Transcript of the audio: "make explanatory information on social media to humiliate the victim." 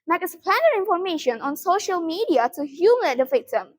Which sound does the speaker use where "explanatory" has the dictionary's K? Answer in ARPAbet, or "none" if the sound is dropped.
none